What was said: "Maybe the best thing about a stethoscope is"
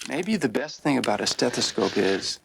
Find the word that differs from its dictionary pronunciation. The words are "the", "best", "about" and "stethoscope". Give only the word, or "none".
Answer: none